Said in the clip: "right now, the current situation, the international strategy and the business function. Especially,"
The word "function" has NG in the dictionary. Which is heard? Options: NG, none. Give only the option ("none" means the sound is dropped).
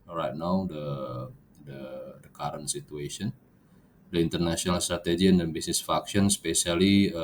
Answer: none